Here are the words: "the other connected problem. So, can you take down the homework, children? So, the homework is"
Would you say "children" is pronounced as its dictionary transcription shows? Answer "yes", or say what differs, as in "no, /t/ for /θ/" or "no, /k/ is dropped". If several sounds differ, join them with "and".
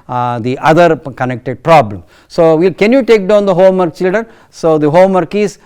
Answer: no, /ɹ/ is dropped